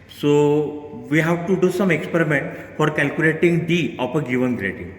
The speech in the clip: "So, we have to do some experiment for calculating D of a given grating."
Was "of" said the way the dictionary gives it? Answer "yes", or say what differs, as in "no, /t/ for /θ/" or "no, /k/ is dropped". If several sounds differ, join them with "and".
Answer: no, /p/ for /v/